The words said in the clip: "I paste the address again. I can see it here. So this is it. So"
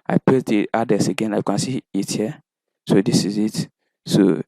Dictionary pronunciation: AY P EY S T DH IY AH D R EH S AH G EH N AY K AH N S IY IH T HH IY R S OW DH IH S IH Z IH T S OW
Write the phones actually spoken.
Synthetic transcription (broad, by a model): AY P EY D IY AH D EH S AH G EH N AY K AH N S IY IH T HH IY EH S OW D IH S IH Z IH T S OW